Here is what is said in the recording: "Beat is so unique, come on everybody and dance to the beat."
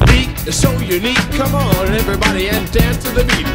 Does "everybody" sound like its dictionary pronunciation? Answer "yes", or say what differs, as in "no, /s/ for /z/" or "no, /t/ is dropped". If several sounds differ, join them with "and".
yes